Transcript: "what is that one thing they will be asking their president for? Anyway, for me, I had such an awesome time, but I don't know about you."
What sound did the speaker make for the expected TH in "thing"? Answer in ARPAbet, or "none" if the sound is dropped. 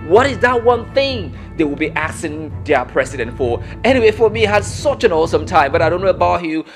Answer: TH